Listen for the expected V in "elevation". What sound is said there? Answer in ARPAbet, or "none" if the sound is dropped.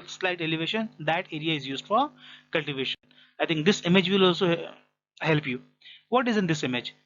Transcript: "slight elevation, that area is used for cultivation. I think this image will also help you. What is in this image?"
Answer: V